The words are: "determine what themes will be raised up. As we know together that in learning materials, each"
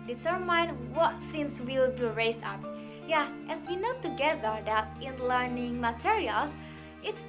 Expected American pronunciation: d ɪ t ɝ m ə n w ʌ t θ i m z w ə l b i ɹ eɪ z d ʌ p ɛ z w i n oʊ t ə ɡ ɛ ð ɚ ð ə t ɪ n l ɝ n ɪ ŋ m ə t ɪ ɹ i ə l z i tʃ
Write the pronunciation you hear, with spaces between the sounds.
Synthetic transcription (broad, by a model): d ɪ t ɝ m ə n w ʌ t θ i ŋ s w ə l b i ɹ eɪ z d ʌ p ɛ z w i n oʊ t ə ɡ ɛ ð ɚ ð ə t ɪ n l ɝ n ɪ ŋ m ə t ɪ ɹ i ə l i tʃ